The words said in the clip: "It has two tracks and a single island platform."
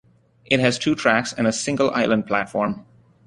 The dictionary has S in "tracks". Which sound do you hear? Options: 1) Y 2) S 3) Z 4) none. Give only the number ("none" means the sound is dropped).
2